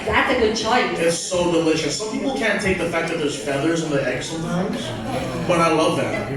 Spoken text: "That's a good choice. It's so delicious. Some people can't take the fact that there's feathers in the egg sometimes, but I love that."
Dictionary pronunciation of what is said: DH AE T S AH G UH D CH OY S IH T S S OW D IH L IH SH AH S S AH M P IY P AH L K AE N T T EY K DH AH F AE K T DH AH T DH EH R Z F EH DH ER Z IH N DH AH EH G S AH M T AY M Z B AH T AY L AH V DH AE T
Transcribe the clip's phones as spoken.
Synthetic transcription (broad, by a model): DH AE T S AH G UH D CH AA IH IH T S S OW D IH L IH SH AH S S AH M P IY P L K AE N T T EY K DH AH F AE K DH AH T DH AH R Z F EH DH ER Z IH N DH AH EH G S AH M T AY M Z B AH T AY L AH V DH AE T